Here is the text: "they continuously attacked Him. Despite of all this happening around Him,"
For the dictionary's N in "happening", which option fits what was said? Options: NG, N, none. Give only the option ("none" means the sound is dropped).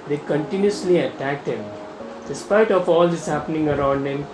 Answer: N